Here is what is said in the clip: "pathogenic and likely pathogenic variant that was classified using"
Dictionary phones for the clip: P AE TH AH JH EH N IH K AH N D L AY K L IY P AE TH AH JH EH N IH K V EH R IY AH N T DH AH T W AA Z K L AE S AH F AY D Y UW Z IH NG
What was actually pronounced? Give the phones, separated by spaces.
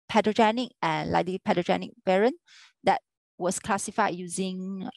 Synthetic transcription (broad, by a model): P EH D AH JH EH N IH K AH N L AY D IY P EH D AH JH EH N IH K B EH R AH N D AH T W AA S K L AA S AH F AY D Y UW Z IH NG